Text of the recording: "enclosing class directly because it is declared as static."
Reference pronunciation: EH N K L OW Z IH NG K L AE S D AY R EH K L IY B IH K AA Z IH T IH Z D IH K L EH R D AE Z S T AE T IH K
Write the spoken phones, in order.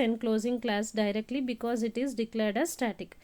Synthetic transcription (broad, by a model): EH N K L OW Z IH NG K L AE S D AY R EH K L IY B IH K AA Z IH T IH Z D IH K L EH R D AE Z S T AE T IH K